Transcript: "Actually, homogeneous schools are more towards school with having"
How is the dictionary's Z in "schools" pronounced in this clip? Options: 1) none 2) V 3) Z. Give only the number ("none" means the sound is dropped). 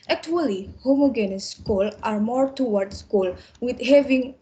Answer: 1